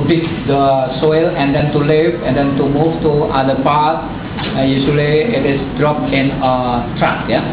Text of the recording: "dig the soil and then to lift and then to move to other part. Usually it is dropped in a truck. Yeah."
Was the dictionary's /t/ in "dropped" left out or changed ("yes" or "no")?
yes